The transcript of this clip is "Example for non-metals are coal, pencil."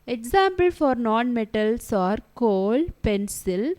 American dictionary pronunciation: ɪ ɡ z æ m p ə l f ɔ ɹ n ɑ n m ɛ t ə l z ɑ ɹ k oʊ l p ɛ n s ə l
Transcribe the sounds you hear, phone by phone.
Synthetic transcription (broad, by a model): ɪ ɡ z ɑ m p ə l f ɔ ɹ n ɑ n m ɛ t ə l s ɑ ɹ k oʊ l p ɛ n s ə l